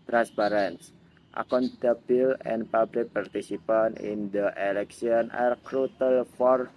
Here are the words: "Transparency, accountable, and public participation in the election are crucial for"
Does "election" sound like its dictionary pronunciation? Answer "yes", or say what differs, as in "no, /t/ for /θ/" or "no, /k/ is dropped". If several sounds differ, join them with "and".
no, /s/ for /ʃ/